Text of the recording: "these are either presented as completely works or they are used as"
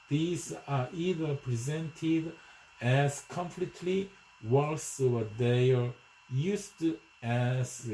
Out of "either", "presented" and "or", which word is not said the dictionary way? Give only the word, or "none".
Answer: or